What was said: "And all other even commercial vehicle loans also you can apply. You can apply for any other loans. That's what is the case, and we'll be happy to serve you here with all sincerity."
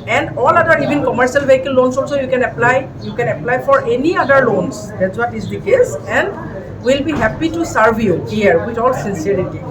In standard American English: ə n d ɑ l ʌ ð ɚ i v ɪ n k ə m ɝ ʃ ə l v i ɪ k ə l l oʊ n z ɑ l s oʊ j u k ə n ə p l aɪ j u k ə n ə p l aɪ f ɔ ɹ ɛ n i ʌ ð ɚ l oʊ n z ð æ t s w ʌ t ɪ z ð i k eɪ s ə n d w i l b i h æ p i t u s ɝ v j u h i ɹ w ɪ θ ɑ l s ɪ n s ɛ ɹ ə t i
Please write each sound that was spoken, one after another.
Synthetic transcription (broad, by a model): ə n d ɑ l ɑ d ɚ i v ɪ n k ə m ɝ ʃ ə l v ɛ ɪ k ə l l oʊ n s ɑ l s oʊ j u k ə n ə p l aɪ j u k ə n ə p l aɪ f ɔ ɹ ɛ n i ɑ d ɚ l oʊ n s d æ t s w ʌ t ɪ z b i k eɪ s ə n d w i l b i h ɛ p i t u s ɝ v j u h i ɹ w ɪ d ɑ l s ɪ n s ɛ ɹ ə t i